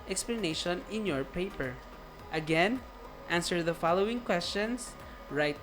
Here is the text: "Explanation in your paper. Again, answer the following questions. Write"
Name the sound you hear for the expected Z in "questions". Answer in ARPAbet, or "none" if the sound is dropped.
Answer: S